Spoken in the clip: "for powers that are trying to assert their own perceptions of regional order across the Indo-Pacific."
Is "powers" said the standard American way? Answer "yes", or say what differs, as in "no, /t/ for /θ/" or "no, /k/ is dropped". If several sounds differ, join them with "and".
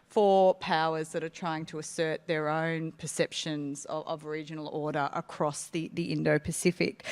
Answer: yes